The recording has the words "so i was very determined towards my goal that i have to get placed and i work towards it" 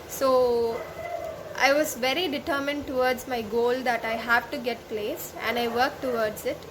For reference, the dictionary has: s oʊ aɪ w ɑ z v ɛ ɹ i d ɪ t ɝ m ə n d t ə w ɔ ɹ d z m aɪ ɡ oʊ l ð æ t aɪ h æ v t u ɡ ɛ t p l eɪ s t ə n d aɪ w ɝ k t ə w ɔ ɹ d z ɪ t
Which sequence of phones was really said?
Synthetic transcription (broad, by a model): s oʊ aɪ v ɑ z v ɛ ɹ i d ɪ t ɝ m ə n d t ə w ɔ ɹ d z m aɪ ɡ oʊ l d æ t aɪ h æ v t u ɡ ɛ t p l eɪ s ə n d aɪ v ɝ k t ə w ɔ ɹ d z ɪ t